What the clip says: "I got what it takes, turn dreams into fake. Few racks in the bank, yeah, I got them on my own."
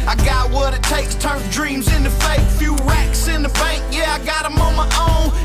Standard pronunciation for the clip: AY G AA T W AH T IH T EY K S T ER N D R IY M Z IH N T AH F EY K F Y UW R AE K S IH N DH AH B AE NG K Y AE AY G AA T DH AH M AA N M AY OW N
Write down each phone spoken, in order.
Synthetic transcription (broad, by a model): AY G AA T W AH T IH T EY K S T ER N D R IY M Z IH N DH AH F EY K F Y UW R AE K S IH N DH AH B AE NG K Y AE AY G AA T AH M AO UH M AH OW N